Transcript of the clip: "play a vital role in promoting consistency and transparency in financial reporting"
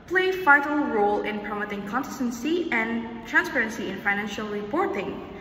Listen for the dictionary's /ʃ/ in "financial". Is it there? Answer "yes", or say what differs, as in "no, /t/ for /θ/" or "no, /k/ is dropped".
yes